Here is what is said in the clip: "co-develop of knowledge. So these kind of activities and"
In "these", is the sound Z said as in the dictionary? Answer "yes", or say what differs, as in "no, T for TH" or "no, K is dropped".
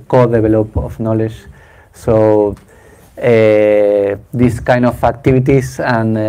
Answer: no, S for Z